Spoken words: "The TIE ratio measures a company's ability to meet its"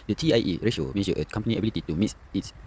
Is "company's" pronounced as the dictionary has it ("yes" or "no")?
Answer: no